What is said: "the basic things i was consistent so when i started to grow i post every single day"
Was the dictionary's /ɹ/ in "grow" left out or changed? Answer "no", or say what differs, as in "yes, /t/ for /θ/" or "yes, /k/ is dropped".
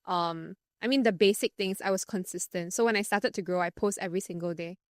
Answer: no